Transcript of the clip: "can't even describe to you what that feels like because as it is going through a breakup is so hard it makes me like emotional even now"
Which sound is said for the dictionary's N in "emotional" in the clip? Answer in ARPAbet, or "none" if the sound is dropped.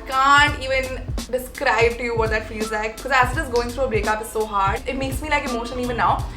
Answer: none